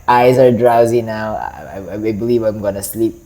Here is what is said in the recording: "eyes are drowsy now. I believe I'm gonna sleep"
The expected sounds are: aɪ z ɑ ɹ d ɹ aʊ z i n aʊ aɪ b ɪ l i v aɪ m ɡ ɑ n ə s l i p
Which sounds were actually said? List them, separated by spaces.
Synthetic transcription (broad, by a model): aɪ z ɑ ɹ d ɹ aʊ z i n aʊ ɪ b ɪ l i v aɪ m ɡ ɑ n ə s l i p